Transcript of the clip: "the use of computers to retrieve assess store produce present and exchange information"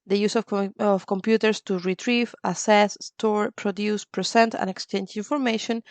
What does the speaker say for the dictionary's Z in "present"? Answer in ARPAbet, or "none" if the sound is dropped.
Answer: S